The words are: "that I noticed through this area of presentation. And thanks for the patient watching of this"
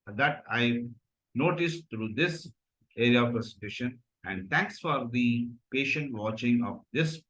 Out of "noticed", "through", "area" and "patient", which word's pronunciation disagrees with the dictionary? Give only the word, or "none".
through